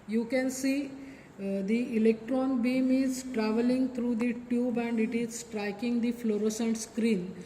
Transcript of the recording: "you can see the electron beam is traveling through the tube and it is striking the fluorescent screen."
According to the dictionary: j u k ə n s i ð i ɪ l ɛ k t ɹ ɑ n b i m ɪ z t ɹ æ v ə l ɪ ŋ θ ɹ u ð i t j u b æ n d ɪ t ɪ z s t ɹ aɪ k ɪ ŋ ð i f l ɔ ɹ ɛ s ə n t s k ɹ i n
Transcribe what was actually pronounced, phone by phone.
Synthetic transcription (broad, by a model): j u k ə n s i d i ɪ l ɛ k t ɹ ɑ n b i m ɪ z t ɹ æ v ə l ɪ ŋ t ɹ u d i t j u b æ n d ɪ t ɪ z s t ɹ aɪ k ɪ ŋ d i f l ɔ ɹ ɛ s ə n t s k ɹ i n